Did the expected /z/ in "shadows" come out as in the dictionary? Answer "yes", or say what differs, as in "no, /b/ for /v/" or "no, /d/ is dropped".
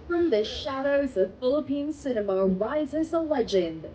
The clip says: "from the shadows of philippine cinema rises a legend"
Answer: yes